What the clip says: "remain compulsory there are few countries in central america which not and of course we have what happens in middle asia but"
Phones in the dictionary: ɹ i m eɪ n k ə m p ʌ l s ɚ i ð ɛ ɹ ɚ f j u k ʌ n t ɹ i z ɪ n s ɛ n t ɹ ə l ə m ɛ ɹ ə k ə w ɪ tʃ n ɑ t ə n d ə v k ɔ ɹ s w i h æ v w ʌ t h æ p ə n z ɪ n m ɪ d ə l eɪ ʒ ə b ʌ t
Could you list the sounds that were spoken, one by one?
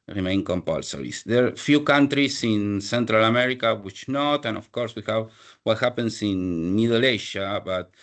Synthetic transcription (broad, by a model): ɹ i m eɪ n k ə m p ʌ l s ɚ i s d ɚ f j u k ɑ n t ɹ i s ɪ n s ɛ n t ɹ ə l ə m ɛ ɹ ə k ə w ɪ tʃ n ɑ t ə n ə f k ɔ ɹ s w i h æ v w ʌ t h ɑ p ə n s ɪ n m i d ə l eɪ ʃ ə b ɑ t